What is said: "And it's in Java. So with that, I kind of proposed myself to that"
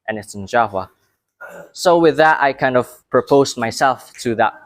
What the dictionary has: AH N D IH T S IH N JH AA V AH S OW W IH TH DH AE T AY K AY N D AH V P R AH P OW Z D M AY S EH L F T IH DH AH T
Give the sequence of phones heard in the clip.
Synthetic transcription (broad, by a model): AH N IH T S IH N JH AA W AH S OW W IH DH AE T AY K AY N D AH V P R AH P OW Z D M AY S EH L F T IH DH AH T